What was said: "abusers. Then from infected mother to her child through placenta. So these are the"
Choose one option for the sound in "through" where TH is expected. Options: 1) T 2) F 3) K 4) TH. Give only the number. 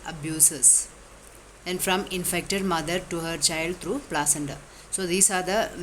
1